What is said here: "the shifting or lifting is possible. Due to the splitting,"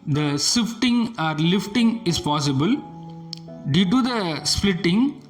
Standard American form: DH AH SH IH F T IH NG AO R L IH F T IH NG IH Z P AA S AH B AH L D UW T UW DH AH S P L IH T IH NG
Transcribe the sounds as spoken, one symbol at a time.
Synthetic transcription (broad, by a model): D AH S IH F T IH NG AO R L IH F T IH NG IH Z P AA S AH B AH L D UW T UW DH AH S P L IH T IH NG